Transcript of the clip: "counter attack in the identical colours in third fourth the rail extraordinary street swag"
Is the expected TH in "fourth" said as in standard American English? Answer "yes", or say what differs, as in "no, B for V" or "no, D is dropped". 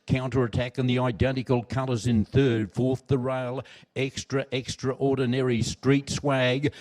yes